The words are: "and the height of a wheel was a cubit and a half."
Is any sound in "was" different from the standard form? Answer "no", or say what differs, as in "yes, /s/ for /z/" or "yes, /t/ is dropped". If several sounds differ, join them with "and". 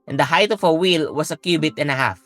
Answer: yes, /s/ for /z/